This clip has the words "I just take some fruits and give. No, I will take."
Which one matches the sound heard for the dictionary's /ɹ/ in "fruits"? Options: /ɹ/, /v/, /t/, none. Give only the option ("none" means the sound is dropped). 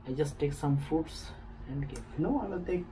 none